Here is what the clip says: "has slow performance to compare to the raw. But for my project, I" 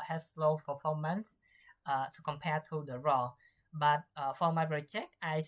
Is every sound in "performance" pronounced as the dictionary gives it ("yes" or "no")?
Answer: no